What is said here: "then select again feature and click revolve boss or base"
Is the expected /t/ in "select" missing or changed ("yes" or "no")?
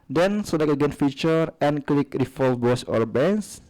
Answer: yes